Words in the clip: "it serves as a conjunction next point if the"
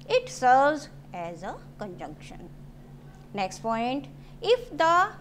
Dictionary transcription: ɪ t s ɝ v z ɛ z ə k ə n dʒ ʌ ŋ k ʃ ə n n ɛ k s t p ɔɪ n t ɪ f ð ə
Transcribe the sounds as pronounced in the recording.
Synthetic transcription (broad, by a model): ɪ t s ɝ v z ɛ z ə k ə n dʒ ʌ ŋ k ʃ ə n n ɛ k s t p ɔɪ n t ɪ f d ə